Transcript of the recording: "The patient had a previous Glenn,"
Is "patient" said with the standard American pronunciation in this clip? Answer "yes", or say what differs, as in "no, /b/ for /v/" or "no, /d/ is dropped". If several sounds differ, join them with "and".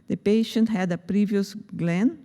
yes